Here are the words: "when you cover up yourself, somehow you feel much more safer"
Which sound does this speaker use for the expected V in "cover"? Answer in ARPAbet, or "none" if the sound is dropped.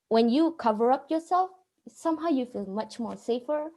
V